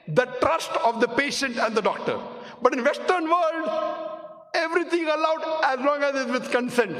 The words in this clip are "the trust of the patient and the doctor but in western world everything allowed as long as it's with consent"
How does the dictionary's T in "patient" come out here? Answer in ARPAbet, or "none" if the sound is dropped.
T